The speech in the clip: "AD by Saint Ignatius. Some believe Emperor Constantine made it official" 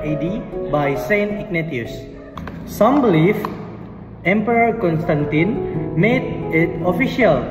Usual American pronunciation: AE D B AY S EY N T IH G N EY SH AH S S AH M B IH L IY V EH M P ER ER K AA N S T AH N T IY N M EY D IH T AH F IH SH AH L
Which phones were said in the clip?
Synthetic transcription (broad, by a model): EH D B AY S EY N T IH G N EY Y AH S S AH M B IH L IY F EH M P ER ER K AA N S T AH N T IY N M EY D IH T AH F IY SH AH L